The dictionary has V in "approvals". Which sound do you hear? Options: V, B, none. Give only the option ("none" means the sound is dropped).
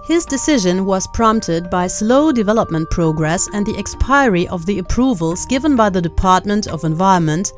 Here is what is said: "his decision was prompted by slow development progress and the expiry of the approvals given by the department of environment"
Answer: V